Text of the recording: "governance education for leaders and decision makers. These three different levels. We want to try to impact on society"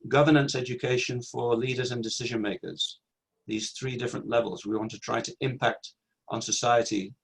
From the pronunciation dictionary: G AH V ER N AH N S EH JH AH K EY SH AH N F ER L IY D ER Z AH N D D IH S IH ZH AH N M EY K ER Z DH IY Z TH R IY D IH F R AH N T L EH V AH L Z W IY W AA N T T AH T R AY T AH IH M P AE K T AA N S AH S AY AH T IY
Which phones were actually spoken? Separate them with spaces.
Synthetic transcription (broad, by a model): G AH V ER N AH N S EH JH AH K EY SH AH N F ER L IY D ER Z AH N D D IH S IH ZH AH N M EY K ER Z DH IY Z TH R IY D IH F R AH N T L EH V AH L Z W IY W AA N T T AH T R AY T AH IH M P AE K T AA N S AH S AY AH T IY